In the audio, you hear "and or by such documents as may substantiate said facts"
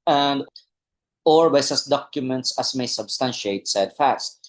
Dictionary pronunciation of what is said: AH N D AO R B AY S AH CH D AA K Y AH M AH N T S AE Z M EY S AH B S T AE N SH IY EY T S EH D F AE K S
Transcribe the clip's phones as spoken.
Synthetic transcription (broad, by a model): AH N D AO R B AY S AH S D AA K Y AH M AH N T S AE S M EY S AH B S T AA N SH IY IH T S EH D F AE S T